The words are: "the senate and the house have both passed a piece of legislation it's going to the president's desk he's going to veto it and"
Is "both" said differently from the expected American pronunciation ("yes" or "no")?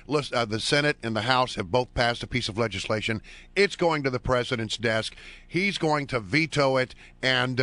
no